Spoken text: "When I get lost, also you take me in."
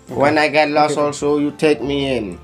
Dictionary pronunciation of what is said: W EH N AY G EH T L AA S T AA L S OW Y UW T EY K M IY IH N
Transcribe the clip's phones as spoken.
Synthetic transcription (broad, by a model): W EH N AY G EH T L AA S AA L S OW Y UW T EY K M IY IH N